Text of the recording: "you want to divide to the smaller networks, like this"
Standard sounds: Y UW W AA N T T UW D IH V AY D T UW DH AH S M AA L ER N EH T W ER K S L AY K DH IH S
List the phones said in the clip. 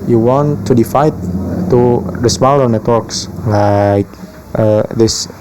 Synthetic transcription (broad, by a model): Y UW W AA N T T UW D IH F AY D T UW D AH S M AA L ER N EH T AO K S L AY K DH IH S